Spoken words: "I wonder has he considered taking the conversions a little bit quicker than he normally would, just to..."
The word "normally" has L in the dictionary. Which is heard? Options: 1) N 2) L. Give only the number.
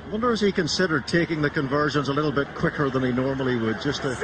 2